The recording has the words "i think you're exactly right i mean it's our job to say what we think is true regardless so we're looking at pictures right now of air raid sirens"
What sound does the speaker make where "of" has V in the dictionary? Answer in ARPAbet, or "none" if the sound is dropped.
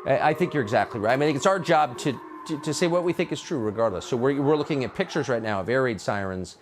V